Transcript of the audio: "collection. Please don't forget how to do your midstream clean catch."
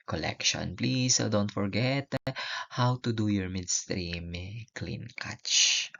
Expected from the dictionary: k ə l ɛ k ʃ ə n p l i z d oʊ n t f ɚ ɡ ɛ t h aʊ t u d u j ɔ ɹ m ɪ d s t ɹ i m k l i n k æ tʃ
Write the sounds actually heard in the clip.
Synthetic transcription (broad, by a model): k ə l ɛ k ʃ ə n p l i s d oʊ n t f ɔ ɡ ɛ t h aʊ t u d u j ɔ ɹ m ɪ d s t ɹ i m k l i n k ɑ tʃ